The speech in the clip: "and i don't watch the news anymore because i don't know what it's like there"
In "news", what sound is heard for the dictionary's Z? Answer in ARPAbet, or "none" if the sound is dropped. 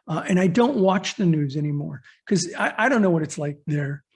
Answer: Z